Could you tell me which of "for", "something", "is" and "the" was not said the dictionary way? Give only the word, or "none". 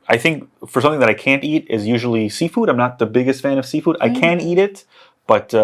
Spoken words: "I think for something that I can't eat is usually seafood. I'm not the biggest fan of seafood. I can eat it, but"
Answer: none